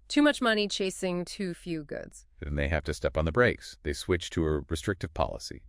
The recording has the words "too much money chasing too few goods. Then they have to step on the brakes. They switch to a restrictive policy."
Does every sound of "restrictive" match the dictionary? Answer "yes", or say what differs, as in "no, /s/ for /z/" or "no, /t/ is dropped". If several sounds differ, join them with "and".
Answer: yes